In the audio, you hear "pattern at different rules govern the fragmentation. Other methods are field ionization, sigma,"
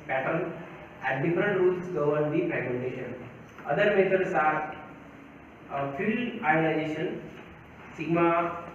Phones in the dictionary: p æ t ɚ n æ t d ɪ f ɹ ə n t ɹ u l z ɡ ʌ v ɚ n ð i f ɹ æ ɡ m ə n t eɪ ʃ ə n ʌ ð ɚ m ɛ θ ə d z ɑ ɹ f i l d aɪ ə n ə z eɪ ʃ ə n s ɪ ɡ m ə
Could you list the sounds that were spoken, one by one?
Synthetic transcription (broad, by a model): p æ t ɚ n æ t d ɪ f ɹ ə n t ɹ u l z ɡ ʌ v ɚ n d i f ɹ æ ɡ m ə n t eɪ ʃ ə n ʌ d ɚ m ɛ t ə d s ɑ ɹ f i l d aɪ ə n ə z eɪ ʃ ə n s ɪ ɡ m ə